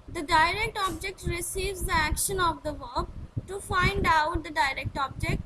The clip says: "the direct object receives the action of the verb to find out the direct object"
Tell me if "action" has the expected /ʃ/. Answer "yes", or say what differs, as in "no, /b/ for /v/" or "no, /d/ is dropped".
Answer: yes